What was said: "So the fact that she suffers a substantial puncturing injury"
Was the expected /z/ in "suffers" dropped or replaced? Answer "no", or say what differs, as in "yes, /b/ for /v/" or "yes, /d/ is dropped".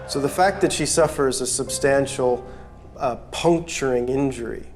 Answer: no